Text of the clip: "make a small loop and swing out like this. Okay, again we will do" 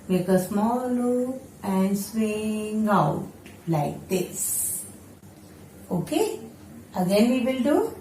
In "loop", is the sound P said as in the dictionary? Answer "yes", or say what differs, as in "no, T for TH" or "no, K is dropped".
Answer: no, P is dropped